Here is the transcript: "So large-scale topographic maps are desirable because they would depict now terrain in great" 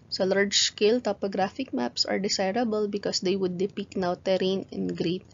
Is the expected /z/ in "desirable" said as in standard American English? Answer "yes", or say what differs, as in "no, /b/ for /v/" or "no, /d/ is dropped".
no, /s/ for /z/